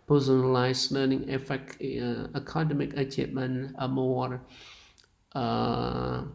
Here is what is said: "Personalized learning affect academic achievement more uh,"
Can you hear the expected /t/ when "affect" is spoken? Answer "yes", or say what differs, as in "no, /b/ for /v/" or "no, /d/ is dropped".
no, /t/ is dropped